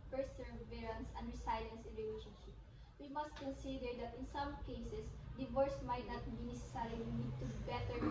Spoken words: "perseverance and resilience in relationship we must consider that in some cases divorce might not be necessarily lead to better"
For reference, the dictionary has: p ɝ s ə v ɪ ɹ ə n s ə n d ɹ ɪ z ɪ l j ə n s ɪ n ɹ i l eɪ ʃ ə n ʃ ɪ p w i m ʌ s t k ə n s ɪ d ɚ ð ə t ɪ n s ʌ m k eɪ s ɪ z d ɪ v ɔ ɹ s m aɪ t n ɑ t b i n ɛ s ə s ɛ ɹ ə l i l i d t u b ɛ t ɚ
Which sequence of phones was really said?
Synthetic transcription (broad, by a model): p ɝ s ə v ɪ ɹ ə n s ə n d ɹ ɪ s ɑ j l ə n s ɪ n ɹ i l eɪ ʃ ə n ʃ ɪ p w i m ʌ s t k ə n s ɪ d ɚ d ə t ɪ n s ʌ m k eɪ s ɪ s d ɪ v ɔ ɹ s m aɪ t n ɑ t b i n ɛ s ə s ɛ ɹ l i n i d t u b ɛ t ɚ